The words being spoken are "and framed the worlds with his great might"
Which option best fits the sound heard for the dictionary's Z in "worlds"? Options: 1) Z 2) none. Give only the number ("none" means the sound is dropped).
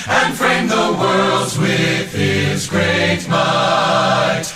1